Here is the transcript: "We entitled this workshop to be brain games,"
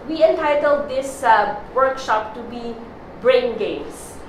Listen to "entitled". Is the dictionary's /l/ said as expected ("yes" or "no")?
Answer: yes